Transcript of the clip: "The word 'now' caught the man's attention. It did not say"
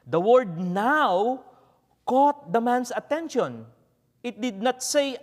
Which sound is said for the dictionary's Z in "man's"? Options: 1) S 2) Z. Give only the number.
1